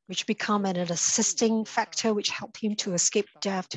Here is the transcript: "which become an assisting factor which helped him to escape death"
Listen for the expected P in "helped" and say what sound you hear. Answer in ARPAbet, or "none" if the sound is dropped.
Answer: P